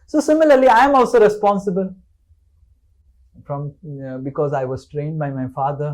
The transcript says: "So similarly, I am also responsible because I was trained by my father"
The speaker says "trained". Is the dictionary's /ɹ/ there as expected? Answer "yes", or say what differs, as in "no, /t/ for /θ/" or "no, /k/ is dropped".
yes